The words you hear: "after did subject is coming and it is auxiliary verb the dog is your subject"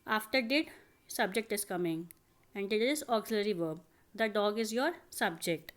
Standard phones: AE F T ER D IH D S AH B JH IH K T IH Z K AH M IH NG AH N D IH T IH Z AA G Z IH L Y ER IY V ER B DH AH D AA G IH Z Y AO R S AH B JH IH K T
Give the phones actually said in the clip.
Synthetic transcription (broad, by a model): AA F T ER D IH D S AH B JH IH K T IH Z K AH M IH NG AH N D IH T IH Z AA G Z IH L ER IY V ER B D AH D AA G IH Z Y AO R S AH B JH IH K T